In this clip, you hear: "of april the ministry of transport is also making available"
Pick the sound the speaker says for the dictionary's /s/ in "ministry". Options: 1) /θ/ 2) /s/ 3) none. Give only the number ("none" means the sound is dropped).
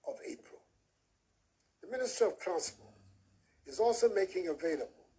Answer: 2